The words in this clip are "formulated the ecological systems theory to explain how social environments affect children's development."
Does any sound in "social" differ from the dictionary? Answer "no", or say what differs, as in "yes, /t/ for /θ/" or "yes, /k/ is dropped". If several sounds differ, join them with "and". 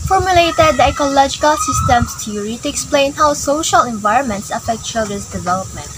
no